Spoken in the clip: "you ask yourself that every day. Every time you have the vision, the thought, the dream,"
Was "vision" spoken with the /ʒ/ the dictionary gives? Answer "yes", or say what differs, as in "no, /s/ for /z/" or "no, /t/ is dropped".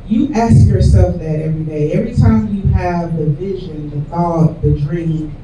yes